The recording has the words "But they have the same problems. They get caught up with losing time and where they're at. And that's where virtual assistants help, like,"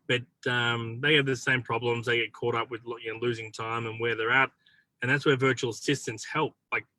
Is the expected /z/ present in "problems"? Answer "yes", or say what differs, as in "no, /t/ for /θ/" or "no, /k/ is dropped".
yes